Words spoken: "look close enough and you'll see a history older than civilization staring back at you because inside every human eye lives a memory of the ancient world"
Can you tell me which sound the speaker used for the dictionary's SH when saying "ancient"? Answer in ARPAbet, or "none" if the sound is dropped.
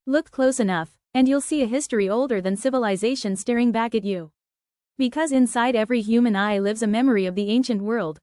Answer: SH